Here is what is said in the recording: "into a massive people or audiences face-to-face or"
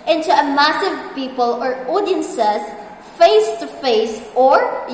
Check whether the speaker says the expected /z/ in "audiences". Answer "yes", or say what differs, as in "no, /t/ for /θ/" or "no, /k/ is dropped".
no, /s/ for /z/